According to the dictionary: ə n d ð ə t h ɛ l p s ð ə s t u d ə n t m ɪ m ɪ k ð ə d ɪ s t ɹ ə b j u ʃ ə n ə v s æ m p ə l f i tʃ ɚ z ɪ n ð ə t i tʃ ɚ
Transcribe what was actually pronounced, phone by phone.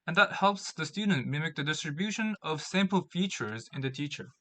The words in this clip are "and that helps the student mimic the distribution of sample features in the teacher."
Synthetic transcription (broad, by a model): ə n ð ə t h ɛ l p s ð ə s t u d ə n t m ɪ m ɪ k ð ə d ɪ s t ɹ ə b j u ʃ ə n ə v s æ m p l f i tʃ ɚ z ɪ n ð ə t i tʃ ɚ